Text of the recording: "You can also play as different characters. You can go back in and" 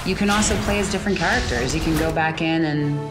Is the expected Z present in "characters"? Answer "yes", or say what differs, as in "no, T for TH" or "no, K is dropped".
yes